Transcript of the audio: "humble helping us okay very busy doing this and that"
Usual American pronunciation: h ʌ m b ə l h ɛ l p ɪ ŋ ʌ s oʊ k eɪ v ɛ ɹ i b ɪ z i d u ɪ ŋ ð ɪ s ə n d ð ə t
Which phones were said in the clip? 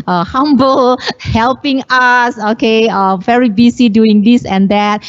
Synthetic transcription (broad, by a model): h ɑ m b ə l h ɛ l p ɪ ŋ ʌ s oʊ k eɪ v ɛ ɹ i b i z i d u ɪ ŋ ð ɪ s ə n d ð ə t